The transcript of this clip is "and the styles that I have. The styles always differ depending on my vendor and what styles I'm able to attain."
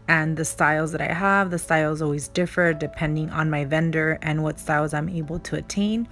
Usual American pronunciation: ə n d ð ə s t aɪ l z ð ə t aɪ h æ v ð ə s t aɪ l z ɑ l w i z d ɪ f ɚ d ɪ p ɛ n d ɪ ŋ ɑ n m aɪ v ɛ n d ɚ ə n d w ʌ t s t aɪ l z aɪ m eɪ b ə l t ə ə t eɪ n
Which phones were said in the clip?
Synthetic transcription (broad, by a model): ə n ð ə s t aɪ l z ð ə t aɪ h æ v ð ə s t aɪ l z ɑ l w i z d ɪ f ɚ d ɪ p ɛ n d ɪ ŋ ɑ n m aɪ v ɛ n d ɚ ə n w ʌ t s t aɪ l z aɪ m eɪ b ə l t ə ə t eɪ n